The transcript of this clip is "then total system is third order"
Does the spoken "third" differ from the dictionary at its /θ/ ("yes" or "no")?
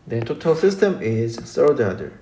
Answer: yes